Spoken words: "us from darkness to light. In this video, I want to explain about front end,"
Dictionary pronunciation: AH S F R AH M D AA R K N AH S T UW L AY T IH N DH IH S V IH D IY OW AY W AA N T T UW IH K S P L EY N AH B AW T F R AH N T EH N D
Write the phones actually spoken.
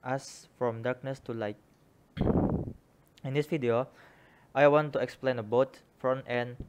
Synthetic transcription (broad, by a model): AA S F R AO M D AA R K N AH S T UW L AY T IH N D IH S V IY D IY OW AY W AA N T T UW IH K S P L EY N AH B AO T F R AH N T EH N